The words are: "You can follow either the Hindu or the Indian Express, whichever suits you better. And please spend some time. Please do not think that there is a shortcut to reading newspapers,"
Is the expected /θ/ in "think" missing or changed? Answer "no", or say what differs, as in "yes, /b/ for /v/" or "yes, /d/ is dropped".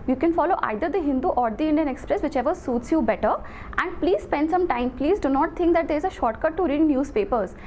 yes, /t/ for /θ/